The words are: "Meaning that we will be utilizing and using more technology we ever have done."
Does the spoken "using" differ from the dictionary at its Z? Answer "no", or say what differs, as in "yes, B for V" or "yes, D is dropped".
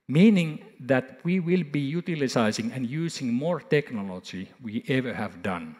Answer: yes, S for Z